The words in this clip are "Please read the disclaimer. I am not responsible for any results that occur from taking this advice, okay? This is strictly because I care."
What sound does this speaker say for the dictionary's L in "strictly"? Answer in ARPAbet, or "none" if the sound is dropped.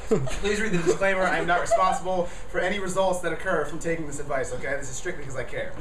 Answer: none